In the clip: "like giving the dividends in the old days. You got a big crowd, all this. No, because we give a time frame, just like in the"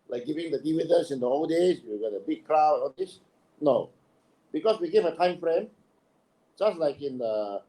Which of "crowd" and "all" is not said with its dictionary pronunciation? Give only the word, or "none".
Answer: crowd